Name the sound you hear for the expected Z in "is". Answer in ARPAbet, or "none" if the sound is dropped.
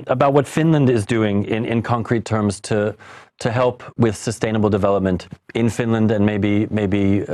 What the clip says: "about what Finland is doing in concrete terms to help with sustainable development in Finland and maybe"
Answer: Z